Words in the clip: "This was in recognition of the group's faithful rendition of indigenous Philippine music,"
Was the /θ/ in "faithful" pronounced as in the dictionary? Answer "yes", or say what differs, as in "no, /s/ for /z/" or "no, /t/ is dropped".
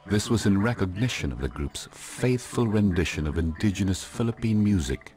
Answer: yes